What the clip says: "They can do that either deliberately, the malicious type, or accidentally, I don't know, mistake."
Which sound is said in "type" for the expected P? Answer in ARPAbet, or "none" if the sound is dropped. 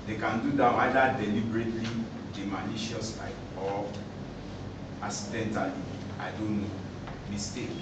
none